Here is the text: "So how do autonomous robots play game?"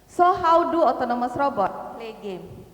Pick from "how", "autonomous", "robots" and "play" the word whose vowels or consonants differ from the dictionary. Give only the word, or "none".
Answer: robots